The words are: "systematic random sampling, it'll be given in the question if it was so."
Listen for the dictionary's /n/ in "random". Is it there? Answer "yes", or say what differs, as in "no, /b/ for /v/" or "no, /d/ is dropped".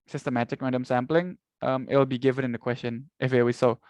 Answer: no, /n/ is dropped